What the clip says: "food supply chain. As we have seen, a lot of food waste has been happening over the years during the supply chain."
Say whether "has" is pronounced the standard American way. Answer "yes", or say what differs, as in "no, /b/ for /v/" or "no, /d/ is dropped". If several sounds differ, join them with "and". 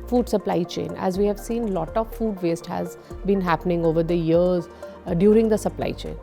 yes